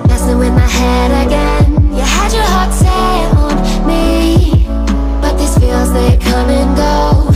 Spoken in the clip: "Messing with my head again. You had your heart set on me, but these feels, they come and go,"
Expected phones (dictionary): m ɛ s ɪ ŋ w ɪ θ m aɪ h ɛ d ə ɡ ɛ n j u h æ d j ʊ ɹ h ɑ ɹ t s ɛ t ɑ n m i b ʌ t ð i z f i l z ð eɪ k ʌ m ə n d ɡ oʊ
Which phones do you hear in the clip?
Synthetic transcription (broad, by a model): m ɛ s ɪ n w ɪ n m aɪ h ɛ d ə ɡ ɛ n j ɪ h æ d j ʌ ɹ h ɑ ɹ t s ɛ ʌ n m i b ʌ t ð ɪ s f i l z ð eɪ k ʌ m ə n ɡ oʊ